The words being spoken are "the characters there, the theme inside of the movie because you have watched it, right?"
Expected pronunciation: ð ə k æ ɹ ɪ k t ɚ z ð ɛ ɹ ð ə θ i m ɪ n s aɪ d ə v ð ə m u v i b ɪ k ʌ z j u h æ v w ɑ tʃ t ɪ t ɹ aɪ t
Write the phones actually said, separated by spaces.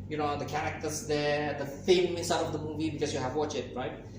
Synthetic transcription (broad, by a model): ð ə k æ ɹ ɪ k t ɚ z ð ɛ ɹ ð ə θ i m ɪ n s aɪ d ə v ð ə m u v i b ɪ k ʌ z j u h æ v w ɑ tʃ ɪ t ɹ aɪ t